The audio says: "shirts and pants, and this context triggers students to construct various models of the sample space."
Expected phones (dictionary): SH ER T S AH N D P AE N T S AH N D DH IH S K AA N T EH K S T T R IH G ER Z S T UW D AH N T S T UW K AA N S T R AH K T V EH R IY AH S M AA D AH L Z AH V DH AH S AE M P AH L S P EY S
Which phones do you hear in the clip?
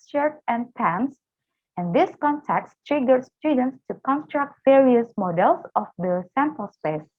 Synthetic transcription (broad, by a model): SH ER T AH N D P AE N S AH N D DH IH S K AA N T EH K T T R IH G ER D S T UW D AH N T S T UW K AA N S T R AH K T V EH R IY AH S M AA D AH L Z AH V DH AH S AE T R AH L S P EY S